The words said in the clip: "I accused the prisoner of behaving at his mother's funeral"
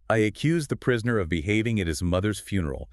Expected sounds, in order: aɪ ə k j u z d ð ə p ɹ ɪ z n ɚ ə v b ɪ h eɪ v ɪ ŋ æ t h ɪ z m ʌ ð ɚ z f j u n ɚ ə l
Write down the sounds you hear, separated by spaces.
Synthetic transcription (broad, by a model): aɪ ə k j u z ð ə p ɹ ɪ z n ɚ ə v b ɪ h eɪ v ɪ ŋ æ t h ɪ z m ʌ ð ɚ z f j u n ɚ l